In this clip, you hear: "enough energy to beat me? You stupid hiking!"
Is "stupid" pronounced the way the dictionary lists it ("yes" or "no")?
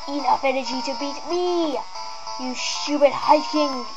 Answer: no